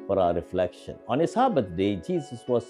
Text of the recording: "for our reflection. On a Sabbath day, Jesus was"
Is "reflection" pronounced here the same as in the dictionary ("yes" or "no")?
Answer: yes